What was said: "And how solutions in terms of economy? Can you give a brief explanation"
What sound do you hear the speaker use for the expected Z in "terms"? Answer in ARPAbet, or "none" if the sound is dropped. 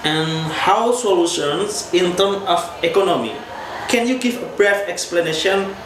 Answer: none